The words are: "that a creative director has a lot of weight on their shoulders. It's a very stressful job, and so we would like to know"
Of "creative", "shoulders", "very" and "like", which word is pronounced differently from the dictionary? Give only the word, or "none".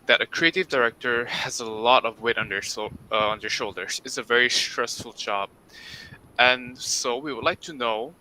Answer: none